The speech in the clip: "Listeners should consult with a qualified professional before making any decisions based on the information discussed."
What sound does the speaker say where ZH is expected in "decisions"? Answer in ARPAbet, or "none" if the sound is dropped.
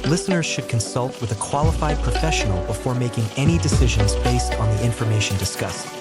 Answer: ZH